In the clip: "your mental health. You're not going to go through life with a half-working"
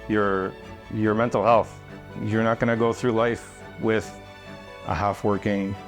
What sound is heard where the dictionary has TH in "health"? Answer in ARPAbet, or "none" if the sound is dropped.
TH